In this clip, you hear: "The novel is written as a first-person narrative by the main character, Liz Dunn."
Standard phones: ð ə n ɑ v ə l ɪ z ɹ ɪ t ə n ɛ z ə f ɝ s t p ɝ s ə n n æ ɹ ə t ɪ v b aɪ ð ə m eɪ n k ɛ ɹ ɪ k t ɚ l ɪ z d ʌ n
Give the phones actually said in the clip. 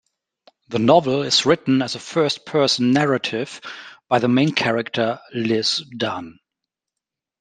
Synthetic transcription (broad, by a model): ð ə n ɑ v ə l ɪ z ɹ ɪ t n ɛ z ə f ɝ s t p ɝ s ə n n æ ɹ ə t ɪ v b aɪ ð ə m eɪ n k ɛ ɹ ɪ k t ɚ l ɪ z d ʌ n